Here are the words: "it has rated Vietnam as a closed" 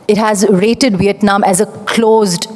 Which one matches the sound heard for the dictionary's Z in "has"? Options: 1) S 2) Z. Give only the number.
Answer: 2